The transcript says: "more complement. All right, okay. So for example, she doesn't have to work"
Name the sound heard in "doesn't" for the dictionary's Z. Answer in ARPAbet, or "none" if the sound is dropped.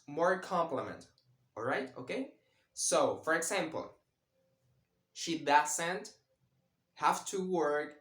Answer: S